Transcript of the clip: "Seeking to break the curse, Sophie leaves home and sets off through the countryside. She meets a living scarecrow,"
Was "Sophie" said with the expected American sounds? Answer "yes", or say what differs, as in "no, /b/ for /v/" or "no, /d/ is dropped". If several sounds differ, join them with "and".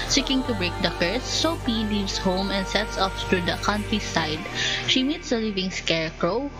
no, /p/ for /f/